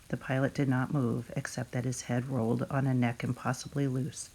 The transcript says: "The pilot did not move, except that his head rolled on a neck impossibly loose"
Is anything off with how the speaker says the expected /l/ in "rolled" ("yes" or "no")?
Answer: no